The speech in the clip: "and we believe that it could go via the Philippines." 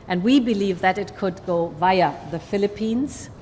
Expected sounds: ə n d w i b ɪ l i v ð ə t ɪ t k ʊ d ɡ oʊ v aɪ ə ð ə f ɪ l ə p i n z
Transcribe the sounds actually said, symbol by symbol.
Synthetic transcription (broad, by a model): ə n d w i b ɪ l i v ð ə t ɪ t k ʊ d ɡ oʊ v aɪ ə ð ə f ɪ l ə p i n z